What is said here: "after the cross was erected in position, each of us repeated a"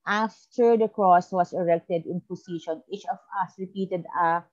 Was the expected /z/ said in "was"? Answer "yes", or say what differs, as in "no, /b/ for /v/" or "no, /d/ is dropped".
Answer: no, /s/ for /z/